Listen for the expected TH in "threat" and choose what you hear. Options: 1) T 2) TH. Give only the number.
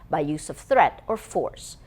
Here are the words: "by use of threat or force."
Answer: 2